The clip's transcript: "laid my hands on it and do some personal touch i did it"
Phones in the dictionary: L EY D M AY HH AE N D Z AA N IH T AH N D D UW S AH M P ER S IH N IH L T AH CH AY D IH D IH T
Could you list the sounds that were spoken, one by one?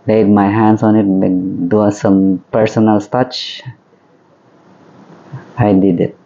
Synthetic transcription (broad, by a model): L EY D M AY HH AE N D S AA N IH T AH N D D UW S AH M P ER S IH N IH L T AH CH AY D IH D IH T